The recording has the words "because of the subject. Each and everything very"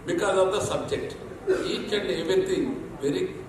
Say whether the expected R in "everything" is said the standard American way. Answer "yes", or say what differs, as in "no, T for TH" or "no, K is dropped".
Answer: no, R is dropped